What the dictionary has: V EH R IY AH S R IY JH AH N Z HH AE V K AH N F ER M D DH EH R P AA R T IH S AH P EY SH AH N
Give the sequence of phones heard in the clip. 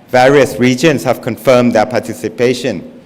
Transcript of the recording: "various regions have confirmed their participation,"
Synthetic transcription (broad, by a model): V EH R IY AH S R IY JH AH N S HH AE V K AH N F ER M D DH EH P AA T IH S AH P EY SH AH N